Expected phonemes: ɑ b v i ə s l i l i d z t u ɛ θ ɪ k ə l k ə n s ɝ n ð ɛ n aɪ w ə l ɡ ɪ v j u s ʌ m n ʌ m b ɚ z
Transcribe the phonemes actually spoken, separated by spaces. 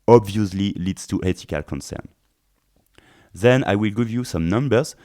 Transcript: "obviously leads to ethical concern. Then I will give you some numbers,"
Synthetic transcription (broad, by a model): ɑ b v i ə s l i l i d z t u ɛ t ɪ k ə l k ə n s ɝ n ð ɛ n aɪ w ə l ɡ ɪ v j u s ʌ m n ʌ m b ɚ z